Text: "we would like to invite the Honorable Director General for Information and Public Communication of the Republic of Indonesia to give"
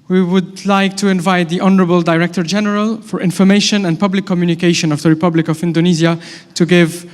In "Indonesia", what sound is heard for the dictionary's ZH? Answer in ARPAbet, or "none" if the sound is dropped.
Z